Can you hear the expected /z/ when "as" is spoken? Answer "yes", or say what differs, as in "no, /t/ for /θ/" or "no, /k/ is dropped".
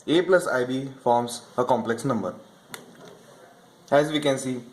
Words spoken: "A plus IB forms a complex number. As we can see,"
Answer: yes